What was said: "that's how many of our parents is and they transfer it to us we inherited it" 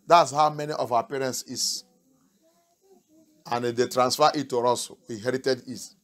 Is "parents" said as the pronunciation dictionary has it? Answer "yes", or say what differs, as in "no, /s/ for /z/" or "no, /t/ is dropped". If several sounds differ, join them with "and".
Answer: yes